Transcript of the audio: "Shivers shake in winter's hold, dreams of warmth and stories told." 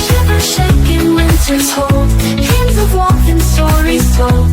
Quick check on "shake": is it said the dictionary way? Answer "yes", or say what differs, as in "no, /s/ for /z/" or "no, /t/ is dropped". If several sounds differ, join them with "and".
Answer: yes